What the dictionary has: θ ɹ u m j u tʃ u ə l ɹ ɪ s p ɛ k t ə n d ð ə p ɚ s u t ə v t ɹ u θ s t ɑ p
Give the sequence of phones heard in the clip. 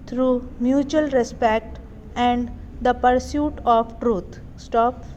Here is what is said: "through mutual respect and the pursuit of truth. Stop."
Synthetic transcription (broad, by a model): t ɹ u m j u tʃ u ə l ɹ ɪ s p ɛ k t ə n d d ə p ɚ s u t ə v t ɹ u t s t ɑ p